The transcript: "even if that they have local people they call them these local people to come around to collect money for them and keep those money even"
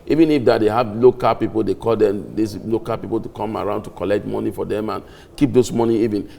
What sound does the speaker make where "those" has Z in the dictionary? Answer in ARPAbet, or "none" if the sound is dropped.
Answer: S